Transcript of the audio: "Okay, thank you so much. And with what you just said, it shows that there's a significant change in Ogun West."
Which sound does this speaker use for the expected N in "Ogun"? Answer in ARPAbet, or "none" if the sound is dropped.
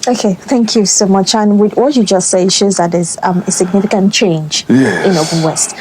L